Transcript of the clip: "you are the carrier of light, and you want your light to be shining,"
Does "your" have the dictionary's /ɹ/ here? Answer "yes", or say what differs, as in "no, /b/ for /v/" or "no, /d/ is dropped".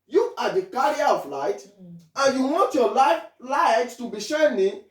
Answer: no, /l/ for /ɹ/